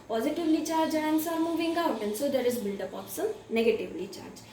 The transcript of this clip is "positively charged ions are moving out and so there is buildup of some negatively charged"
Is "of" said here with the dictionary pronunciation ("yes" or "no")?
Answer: no